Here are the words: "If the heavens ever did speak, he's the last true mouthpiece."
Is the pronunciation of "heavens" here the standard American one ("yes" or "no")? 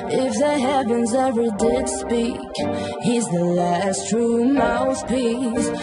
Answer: yes